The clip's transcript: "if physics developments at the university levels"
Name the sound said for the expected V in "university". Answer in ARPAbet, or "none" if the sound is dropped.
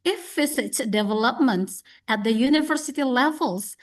V